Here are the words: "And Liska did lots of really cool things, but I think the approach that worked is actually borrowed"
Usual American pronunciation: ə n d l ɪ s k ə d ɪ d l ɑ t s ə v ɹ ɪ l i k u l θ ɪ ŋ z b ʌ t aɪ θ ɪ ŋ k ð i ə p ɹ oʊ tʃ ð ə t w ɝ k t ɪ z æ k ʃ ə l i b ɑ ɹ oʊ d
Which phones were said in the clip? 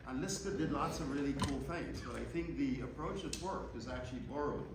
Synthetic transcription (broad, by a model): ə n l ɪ s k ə d ɪ d l ɑ t s ə v ɹ ɪ l i k u l θ ɪ ŋ z b ʌ t aɪ θ ɪ ŋ k ð i ə p ɹ oʊ tʃ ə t w ɝ k ɪ z æ k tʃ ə l i b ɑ ɹ oʊ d